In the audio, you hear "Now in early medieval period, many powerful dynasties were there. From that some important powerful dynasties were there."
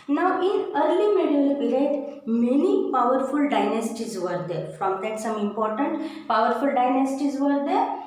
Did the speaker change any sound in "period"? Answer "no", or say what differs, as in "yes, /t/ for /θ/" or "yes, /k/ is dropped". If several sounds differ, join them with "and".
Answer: yes, /b/ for /p/